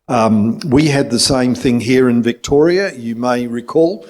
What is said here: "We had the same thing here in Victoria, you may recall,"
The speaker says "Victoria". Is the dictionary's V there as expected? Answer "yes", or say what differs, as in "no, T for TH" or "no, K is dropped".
yes